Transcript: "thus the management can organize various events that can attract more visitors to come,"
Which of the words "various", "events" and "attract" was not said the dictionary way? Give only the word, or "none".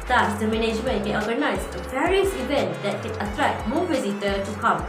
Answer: attract